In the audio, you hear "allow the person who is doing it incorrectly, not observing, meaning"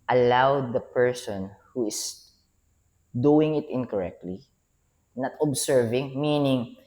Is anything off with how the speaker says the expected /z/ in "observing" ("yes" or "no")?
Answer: yes